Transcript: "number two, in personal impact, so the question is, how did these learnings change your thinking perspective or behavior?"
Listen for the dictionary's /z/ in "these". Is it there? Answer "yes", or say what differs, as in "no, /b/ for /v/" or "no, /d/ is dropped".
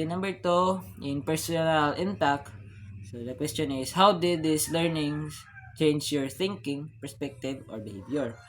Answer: no, /s/ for /z/